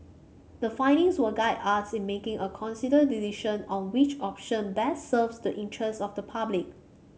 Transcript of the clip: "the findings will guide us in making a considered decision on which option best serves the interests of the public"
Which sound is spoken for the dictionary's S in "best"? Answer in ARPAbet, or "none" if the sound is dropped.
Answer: none